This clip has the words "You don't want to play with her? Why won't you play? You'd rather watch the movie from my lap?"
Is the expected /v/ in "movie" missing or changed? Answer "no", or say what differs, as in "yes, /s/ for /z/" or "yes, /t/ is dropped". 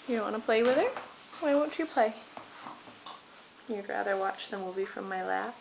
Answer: yes, /b/ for /v/